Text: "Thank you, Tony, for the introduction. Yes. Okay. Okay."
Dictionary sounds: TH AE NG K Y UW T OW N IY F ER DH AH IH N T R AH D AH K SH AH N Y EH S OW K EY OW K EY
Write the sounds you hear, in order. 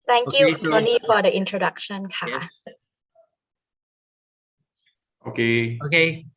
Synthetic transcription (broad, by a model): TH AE NG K Y UW S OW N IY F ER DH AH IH N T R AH D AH K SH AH N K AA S OW K EY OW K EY